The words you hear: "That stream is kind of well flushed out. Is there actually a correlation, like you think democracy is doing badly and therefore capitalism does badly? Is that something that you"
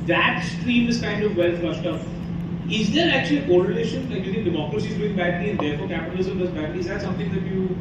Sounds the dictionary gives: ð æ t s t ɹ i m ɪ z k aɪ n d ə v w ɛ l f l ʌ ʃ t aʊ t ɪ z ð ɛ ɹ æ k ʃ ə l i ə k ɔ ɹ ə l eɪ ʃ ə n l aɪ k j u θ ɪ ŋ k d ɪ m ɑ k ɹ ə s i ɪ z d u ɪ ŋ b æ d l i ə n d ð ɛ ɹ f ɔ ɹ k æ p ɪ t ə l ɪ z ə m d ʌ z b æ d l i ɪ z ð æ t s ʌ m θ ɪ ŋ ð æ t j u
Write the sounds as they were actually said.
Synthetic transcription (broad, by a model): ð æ t s t ɹ i m ɪ z k aɪ n d ə v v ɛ l f l ʌ ʃ t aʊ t ɪ z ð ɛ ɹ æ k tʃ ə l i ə k ɔ ɹ ə l eɪ ʃ ə n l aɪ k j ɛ t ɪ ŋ d ɪ m ɑ k ɹ ə s i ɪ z d u ɪ ŋ b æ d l i ə n d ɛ ɹ f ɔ ɹ k æ p ɪ t ə l ɪ z ə m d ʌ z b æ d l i ɪ z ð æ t s ʌ m t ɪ ŋ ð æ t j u